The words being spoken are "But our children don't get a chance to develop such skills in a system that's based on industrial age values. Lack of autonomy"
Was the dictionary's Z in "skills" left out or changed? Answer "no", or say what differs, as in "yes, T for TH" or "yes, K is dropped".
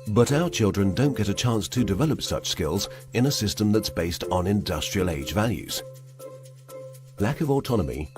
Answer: no